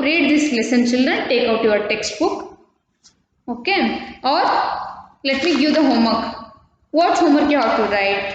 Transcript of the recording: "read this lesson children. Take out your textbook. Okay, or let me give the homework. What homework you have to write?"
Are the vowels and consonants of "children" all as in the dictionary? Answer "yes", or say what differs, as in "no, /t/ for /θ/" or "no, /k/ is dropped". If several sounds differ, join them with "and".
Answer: yes